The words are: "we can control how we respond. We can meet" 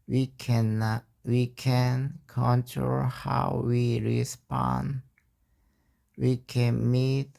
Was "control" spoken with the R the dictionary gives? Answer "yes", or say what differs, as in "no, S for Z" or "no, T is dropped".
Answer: yes